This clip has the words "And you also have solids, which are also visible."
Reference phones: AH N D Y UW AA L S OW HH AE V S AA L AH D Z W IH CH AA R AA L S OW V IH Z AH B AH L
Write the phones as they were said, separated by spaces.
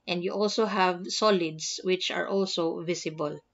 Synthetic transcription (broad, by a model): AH N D Y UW AA L S OW HH AE V S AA L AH D S W IH CH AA R AA L S OW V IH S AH B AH L